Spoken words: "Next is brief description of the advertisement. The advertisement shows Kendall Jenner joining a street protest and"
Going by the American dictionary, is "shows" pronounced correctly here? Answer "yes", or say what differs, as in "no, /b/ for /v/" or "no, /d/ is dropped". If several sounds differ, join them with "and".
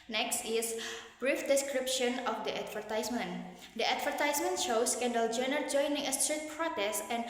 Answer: no, /s/ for /z/